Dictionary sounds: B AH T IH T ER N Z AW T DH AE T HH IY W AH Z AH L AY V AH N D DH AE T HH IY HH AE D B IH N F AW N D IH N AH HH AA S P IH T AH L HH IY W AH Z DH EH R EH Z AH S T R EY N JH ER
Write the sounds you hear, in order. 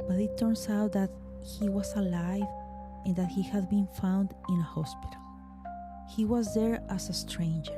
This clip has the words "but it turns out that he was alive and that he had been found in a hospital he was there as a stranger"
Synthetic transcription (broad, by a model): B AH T IH T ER N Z AW T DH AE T HH IY W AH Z AH L AY V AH N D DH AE T HH IY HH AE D B IH N F AW N D IH N AH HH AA S P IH T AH L HH IY W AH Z DH EH R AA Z AH S T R EY N JH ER